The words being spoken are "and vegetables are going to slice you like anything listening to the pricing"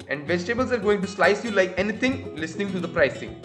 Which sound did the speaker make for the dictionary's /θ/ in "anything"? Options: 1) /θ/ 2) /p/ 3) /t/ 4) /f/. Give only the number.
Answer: 3